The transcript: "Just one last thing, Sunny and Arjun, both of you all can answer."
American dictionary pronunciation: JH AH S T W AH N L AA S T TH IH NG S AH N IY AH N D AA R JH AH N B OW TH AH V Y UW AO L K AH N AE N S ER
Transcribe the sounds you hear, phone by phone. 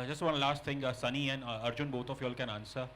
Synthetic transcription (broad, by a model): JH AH S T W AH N L AA S T T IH NG S AH N IY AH N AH R JH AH N B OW T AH F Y AO L K AH N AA N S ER